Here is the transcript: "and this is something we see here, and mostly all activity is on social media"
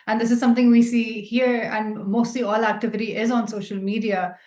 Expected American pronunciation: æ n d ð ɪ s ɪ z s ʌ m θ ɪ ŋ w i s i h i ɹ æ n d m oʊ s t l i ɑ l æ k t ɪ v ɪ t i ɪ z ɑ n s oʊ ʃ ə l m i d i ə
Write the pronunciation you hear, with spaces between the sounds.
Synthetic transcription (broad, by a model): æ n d ɪ s ɪ z s ʌ m t ɪ ŋ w i s i h i ɹ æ n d m oʊ s t l i ɑ l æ k t ɪ v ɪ t i ɪ z ɑ n s oʊ ʃ ə l m i d i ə